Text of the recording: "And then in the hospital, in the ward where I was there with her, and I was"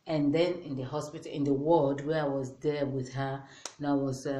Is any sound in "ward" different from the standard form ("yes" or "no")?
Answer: yes